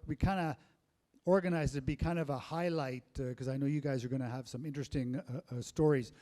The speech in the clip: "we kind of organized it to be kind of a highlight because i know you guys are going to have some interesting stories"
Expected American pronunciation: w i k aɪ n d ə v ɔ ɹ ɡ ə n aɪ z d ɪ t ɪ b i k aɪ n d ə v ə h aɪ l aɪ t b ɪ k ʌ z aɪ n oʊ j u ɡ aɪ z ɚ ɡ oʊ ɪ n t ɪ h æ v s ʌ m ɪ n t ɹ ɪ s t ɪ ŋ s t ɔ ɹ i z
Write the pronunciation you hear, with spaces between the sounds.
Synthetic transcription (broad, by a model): w i k aɪ n d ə ɔ ɹ ɡ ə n aɪ z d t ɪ b i k aɪ n d ə v ə h aɪ l aɪ t k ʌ z aɪ n oʊ j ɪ ɡ aɪ z ɚ ɡ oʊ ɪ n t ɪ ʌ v s ʌ m ɪ n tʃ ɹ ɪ s t ɪ ŋ s t ɔ ɹ i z